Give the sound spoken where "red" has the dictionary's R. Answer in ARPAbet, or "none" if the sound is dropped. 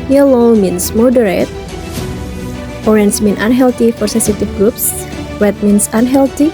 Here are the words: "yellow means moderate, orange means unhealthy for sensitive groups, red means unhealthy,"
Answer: W